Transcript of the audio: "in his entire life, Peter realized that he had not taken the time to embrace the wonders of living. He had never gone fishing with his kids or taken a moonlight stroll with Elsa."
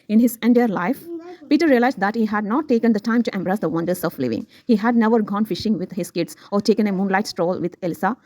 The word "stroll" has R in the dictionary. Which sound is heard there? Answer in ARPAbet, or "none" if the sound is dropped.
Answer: R